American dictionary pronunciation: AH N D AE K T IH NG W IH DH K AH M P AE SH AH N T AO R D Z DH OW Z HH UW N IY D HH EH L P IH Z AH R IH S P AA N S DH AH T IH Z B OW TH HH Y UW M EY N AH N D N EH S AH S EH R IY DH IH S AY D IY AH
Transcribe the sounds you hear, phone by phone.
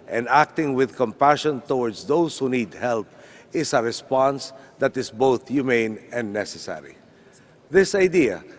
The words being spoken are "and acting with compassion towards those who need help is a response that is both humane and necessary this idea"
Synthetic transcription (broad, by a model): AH N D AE K T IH NG W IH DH K AH M P AE SH AH N T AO R D S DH OW S HH UW N IY D HH EH L P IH S AH R IH S P AA N S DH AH T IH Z B OW TH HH Y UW M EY N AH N N EH S AH S EH R IY DH IH S AY D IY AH